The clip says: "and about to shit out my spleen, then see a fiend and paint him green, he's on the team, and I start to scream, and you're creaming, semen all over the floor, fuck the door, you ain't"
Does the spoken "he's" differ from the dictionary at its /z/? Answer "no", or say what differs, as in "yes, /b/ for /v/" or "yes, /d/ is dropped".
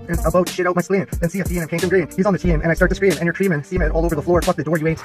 no